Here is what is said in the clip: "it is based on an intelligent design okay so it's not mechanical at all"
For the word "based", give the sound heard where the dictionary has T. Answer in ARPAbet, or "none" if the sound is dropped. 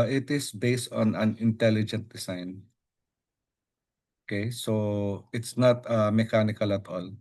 T